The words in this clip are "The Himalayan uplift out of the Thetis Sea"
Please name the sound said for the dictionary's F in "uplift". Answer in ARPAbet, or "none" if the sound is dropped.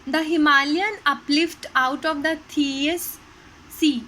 F